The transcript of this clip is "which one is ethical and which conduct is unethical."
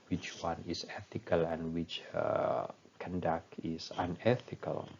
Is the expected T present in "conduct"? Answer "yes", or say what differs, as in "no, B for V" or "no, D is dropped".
no, T is dropped